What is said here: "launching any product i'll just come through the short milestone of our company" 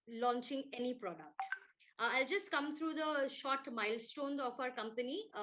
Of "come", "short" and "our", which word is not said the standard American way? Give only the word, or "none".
none